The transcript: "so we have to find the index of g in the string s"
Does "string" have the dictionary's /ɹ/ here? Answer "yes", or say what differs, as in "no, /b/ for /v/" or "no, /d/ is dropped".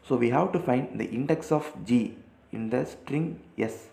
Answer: yes